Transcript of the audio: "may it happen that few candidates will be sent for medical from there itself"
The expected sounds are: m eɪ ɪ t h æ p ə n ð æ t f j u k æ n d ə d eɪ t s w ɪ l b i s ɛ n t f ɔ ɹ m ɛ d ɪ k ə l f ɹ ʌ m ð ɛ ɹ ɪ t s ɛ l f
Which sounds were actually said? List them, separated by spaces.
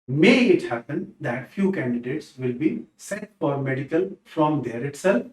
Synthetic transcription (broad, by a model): m eɪ ɪ t h æ p ə n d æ t f j u k æ n d ə d eɪ t s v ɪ l b i s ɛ t f ɔ ɹ m ɛ d ɪ k ə l f ɹ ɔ m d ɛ ɹ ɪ t s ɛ l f